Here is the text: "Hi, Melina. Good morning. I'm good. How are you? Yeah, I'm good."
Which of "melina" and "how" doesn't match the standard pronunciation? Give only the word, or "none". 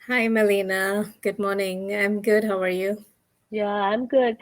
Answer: none